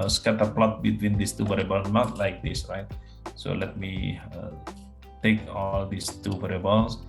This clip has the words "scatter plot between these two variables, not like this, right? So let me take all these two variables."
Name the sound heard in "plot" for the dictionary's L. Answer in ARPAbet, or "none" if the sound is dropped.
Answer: L